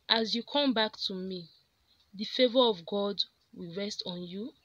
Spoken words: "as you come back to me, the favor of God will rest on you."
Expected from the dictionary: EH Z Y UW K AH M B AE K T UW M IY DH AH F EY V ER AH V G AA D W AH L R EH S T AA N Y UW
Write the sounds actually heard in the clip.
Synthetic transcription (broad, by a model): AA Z Y UW K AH M B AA K T UW M IY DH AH F EY V ER AH V G AA D W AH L R EH S T AA N Y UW